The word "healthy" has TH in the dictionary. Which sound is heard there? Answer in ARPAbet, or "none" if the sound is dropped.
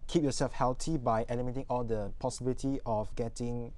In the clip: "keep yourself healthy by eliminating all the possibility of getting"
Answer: T